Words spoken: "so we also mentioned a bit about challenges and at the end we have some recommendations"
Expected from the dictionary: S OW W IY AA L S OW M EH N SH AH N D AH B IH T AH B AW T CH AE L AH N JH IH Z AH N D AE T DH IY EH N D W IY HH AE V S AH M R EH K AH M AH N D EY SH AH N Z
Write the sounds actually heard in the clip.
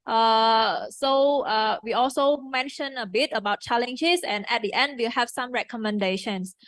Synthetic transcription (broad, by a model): S OW W IY AA L S OW M EH N SH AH N AH B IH T AH B AW T CH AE L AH N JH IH S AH N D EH T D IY EH N D W IY HH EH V S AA M R EH K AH M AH N D EY SH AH N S